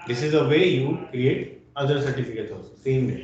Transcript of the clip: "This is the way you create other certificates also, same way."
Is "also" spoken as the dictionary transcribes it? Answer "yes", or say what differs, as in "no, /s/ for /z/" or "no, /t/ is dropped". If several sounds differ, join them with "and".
no, /l/ is dropped